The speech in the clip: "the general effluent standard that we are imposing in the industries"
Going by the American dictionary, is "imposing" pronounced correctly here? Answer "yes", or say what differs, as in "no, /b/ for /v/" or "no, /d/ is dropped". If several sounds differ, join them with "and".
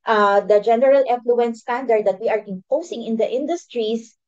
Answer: no, /s/ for /z/